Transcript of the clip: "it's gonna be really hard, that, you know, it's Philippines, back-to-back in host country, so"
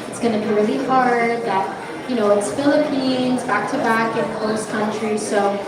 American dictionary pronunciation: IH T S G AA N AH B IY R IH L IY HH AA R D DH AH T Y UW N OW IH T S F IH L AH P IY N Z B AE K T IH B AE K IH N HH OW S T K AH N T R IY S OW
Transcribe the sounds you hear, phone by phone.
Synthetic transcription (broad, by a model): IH T S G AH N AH B IY R IH L IY HH AA R D DH AH T Y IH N OW IH T S F IH L AH P IY N Z B AE K T IH B AE K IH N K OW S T K AH N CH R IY S OW